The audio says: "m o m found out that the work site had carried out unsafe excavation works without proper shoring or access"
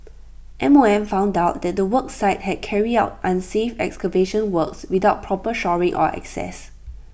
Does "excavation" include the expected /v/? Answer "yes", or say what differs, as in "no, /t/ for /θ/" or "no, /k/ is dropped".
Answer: yes